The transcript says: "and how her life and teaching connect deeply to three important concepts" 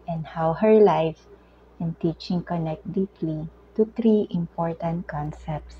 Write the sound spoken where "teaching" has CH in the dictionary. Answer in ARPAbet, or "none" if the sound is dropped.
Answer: CH